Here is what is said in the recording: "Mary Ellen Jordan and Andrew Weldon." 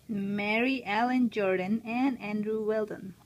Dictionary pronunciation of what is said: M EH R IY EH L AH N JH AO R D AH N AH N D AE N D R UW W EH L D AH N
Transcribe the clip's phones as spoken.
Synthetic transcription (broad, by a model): M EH R IY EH L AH N JH AO R D AH N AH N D AE N D R UW W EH L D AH N